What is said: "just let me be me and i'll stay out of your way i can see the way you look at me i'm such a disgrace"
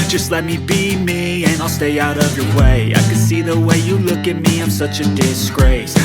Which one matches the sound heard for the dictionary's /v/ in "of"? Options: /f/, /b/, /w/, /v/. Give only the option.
/v/